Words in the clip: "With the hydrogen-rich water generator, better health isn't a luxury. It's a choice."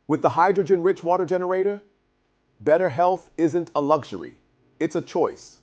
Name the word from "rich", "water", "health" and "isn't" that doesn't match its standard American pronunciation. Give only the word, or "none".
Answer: none